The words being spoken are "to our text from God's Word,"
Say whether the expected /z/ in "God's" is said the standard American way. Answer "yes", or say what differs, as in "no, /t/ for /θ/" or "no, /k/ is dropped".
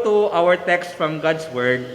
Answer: no, /s/ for /z/